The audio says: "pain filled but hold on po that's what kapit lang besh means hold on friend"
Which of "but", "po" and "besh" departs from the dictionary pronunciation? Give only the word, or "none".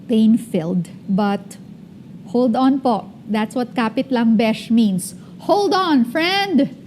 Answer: none